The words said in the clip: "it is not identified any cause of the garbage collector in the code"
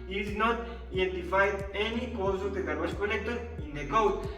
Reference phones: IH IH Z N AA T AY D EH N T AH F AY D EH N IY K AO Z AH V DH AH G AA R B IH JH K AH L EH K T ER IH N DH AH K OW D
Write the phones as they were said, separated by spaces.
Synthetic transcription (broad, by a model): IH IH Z N AA T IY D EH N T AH F AY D EH N IY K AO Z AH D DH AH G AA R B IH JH K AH N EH K T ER IH N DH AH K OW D